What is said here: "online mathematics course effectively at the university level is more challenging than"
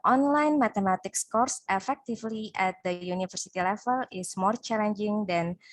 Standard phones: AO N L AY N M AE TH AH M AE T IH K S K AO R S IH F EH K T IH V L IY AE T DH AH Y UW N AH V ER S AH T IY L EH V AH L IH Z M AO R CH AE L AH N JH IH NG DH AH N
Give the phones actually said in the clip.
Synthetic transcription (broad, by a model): AO N L AY N M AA T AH M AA T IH K S K AO R S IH F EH K T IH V L IY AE T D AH Y UW N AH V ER S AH T IY L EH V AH L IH S M AO R CH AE L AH N JH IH NG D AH N